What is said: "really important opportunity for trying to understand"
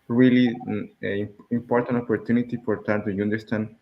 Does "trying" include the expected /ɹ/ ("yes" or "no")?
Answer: no